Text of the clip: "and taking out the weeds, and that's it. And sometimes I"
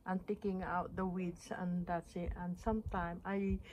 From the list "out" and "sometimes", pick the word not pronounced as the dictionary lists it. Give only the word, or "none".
sometimes